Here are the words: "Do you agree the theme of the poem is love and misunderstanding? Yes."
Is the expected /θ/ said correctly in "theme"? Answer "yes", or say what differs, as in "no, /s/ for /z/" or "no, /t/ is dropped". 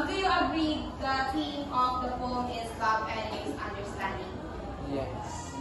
no, /t/ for /θ/